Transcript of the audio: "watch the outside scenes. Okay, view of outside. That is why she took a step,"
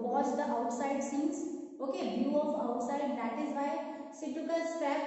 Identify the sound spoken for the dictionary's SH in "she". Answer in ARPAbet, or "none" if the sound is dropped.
S